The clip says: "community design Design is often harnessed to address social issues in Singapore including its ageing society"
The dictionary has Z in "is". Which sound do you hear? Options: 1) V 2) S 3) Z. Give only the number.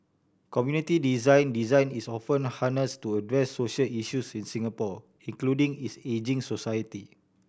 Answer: 2